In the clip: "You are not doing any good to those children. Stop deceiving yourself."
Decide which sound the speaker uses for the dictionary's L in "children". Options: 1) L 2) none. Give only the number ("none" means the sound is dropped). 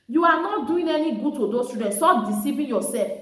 2